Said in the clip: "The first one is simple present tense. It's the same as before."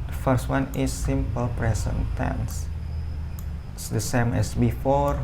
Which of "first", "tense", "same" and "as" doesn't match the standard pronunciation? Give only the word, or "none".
as